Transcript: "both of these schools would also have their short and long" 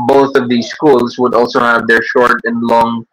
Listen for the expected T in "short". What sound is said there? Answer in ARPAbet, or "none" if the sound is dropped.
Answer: T